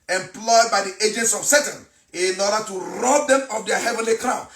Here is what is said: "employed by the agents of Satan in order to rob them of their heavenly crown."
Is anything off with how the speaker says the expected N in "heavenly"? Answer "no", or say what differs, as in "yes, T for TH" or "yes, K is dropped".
no